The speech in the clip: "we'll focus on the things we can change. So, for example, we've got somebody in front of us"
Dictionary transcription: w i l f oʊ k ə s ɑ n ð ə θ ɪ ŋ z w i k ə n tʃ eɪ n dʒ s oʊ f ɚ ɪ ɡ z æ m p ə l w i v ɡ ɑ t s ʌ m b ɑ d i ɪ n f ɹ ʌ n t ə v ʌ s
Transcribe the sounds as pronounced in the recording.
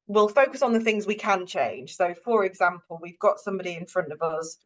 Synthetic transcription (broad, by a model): w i l f oʊ k ə s n ð ə θ ɪ ŋ z w i k ə n tʃ eɪ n ʒ s oʊ f ɚ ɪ ɡ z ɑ m p ə l w i v ɡ ɑ t s ʌ m b ɑ d i ɪ n f ɹ ʌ n t ə v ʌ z